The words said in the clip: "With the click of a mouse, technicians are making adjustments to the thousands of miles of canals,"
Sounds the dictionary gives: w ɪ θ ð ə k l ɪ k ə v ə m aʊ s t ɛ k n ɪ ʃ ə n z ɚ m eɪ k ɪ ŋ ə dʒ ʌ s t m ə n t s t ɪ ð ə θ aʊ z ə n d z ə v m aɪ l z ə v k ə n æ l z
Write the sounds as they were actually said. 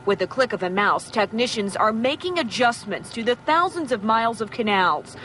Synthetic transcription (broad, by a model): w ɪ ð ə k l ɪ k ə v ə m aʊ s t ɛ k n ɪ ʃ ə n z ɚ m eɪ k ɪ ŋ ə dʒ ʌ s m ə n t s t ɪ ð ə θ aʊ z ə n d z ə v m aɪ l z ə v k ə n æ l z